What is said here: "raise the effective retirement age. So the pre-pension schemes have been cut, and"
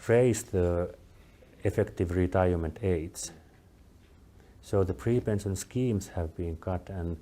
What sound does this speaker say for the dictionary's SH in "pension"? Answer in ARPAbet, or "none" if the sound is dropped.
S